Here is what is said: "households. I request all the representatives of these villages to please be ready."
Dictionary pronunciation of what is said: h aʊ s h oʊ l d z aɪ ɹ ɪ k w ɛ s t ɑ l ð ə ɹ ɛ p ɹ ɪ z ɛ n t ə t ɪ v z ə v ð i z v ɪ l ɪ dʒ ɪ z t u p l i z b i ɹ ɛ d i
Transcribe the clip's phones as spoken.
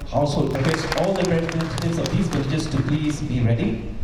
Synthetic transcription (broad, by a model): h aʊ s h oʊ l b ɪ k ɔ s ɑ l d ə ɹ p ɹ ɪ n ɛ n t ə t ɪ z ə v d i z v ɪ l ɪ dʒ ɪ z t u p l i z b i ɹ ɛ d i